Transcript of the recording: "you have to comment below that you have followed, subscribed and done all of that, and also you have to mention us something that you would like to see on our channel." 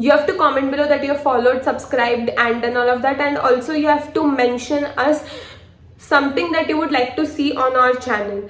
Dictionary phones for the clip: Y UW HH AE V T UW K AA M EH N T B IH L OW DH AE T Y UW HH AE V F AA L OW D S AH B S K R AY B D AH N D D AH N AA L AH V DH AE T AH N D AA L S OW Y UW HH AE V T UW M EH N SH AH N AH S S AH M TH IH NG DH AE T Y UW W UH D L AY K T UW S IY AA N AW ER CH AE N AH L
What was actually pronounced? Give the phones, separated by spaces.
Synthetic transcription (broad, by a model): Y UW HH AE V T UW K AA M EH N T B IH L OW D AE T Y UW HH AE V F AA L OW D S AH B S K R AY B D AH N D D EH N AA L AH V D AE T AH N D AA L S OW Y UW HH AE V T UW M EH N SH AH N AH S S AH M T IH NG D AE T Y UW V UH D L AY K T UW S IY AA N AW ER CH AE N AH L